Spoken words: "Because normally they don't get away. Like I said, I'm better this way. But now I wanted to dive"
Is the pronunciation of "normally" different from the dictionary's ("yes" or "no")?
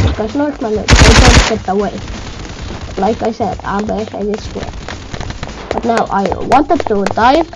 yes